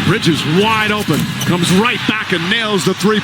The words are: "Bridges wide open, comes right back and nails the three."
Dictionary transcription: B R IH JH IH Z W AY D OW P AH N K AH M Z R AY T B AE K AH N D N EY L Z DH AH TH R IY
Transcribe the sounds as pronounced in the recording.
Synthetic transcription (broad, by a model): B R IH JH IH Z W AY D OW P AH N K AH M Z R AY T B AE K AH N N EY L Z DH AH TH R IY